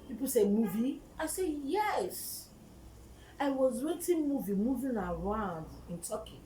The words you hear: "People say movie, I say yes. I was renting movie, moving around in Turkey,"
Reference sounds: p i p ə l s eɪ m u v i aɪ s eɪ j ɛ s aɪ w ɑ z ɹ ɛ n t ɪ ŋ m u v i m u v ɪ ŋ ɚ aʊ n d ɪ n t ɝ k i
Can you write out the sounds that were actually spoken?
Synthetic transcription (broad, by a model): p i p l s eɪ m u v i aɪ s eɪ j ɛ s aɪ w ɑ z w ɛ t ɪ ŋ m u v i m u v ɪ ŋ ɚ aʊ n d ɪ n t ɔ k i